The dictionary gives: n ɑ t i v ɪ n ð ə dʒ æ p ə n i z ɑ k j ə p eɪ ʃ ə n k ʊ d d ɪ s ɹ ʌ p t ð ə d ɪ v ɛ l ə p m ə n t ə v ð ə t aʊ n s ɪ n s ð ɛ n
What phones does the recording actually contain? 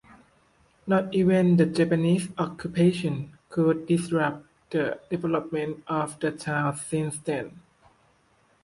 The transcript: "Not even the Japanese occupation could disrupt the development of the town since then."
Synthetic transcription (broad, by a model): n ɑ t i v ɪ n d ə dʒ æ p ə n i s ɑ k j ə p eɪ ʃ ə n k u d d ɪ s ɹ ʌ p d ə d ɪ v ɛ l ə p m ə n t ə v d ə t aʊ l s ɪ n s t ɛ n